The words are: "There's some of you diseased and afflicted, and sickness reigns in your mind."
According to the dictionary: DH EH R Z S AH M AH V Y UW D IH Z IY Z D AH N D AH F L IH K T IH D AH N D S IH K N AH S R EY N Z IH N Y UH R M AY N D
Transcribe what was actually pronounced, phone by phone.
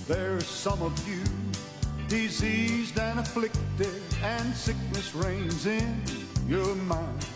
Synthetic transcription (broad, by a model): DH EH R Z S AH M AH V Y UW D IH Z IY Z D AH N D AH F L IH K T IH D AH N S IH K N AH S R EY N Z IH N Y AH R M AY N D